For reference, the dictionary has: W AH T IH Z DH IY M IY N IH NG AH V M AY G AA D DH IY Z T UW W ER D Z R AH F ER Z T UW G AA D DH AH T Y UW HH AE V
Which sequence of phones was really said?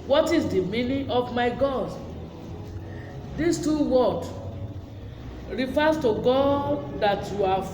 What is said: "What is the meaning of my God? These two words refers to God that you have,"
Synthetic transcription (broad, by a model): W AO T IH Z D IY M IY N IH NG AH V M AY G AA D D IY S T UW W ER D R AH F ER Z T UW G AA D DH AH T Y UW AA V